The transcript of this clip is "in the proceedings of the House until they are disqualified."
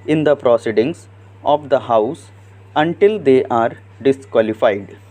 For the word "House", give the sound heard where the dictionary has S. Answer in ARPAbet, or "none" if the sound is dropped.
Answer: S